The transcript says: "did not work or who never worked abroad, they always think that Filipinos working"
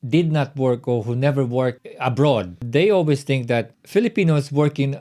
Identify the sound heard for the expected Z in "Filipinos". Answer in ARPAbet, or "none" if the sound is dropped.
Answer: S